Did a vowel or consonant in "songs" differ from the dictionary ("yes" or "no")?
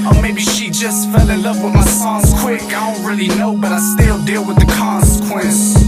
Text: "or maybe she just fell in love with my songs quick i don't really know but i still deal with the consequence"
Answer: yes